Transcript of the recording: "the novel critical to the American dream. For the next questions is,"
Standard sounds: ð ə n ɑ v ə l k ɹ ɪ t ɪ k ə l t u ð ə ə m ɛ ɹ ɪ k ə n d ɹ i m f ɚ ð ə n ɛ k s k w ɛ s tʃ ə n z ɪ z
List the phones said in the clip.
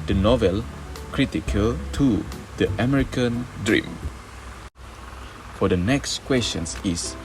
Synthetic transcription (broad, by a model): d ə n ɑ v ə l k ɹ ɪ t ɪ k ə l t u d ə ə m ɛ ɹ ɪ k ə n d ɹ i m f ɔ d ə n ɛ k s k w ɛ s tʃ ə n s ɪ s